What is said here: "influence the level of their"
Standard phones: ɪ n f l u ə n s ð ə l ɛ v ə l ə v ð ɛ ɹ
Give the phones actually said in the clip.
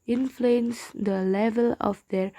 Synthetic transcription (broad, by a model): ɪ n f l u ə n s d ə l ɛ v ə l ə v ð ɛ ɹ